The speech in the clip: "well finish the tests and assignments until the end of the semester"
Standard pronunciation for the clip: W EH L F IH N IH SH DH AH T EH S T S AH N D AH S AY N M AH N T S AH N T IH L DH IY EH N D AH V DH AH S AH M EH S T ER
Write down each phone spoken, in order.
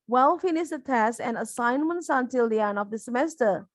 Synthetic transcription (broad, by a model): W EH L F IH N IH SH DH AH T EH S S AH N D AH S AY N M AH N T S AH N T IH L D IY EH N AH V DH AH S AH M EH S T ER